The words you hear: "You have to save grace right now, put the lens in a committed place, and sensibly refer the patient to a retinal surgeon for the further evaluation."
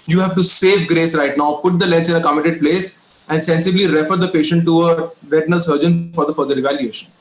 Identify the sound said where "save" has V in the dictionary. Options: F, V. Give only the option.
V